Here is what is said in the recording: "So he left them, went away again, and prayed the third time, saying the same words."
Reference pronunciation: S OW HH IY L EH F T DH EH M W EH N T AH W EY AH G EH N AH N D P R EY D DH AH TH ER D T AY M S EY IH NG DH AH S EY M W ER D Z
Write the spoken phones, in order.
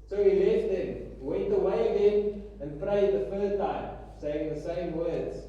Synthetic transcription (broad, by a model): S OW HH IY L EH F T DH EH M W EH N T AH W EY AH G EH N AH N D P R EY D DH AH F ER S T AY M S EY IH NG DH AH S EY M W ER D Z